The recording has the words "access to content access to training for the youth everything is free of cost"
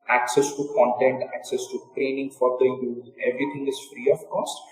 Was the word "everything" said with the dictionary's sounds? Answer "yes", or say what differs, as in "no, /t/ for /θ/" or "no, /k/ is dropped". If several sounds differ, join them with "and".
no, /t/ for /θ/